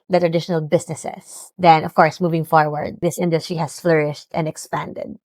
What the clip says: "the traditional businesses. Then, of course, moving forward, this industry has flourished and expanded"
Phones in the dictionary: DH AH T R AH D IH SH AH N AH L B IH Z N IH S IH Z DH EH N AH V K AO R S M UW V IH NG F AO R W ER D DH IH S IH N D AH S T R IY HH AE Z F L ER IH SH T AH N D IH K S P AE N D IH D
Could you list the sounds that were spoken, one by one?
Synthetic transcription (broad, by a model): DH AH T R AH D IH SH AH N AH L B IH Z N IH S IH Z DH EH N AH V K AO R S M UW V IH NG F AO R W ER D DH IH S IH N D AH S T R IY HH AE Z F L ER IH SH T AH N D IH K S P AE N D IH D